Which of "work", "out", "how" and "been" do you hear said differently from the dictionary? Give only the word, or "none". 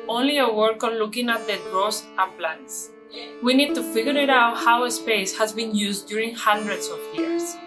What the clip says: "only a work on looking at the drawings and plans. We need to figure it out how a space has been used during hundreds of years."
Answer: none